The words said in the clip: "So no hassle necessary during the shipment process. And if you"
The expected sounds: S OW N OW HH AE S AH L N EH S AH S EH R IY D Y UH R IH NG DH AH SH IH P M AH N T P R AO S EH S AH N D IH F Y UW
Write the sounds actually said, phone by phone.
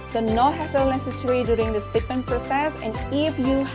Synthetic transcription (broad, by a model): S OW N OW HH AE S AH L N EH S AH S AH R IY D Y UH R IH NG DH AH S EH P M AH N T P R AO S EH S AH N D IH F Y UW